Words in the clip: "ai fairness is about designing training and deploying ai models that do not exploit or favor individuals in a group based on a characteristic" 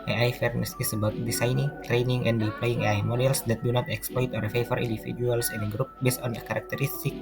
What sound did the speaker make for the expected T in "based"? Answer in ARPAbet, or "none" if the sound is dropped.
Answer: T